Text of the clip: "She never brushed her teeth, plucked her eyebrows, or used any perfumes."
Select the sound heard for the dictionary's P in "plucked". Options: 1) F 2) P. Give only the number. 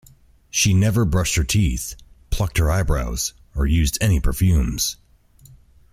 2